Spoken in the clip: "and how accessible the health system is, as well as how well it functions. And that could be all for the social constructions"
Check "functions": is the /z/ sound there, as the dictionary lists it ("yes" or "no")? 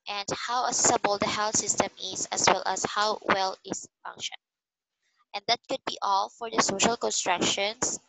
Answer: no